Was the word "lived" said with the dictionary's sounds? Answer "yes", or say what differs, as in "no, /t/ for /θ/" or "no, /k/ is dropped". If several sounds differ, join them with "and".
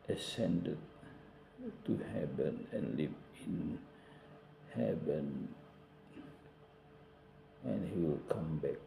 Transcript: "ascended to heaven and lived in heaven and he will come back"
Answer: no, /d/ is dropped